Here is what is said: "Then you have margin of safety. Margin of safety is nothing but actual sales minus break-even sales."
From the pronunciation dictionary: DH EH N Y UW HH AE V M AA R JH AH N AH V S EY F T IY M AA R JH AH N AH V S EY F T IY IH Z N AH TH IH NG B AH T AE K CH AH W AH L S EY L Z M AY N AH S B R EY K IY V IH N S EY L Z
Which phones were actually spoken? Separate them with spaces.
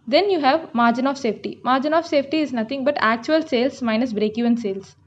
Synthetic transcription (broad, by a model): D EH N Y UW HH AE V M AA R JH AH N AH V S EY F T IY M AA R JH AH N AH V S EY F T IY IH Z N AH T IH NG B AH T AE K CH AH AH L S EY L S M AY N AH S B R EY K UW IH N S EY L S